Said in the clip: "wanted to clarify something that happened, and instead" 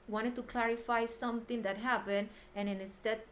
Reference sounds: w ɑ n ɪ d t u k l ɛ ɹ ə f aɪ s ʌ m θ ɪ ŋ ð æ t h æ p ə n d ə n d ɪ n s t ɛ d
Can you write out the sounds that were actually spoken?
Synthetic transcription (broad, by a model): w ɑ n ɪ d t u k l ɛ ɹ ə f aɪ s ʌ m t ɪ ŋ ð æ t h æ p ə n d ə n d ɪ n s t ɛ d